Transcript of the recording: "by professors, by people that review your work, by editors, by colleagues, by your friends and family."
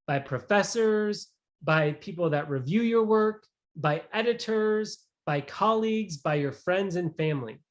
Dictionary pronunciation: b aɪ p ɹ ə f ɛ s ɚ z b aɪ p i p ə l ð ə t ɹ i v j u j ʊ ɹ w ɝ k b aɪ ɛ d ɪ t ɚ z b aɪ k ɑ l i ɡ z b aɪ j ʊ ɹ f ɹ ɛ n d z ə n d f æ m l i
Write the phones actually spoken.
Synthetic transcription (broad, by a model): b aɪ p ɹ ə f ɛ s ɚ z b aɪ p i p l ð ə t ɹ i v j u j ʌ ɹ w ɝ k b aɪ ɛ d ɪ t ɚ z b aɪ k ɑ l i ɡ z b aɪ j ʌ ɹ f ɹ ɛ n d z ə n f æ m l i